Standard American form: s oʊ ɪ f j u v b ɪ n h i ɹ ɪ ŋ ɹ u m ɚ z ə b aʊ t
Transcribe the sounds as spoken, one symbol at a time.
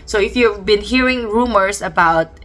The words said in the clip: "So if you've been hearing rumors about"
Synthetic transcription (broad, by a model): s oʊ ɪ f j u v b ɪ n h i ɹ ɪ ŋ ɹ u m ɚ s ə b aʊ t